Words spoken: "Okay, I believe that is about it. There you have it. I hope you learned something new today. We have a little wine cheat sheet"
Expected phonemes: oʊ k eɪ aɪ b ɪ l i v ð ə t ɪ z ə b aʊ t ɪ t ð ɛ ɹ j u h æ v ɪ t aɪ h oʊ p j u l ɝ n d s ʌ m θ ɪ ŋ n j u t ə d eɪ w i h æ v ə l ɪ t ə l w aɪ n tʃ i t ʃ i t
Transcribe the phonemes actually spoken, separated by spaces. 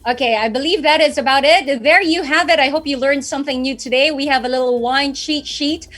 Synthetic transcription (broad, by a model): oʊ k eɪ aɪ b ɪ l i v ð ə t ɪ z ə b aʊ t ɪ t ð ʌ ɹ j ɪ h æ v ɪ t aɪ h oʊ p j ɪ l ɝ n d s ʌ m θ ɪ ŋ n j u t ə d eɪ w i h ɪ v ə l ɪ t l w aɪ n ʃ i t ʃ i t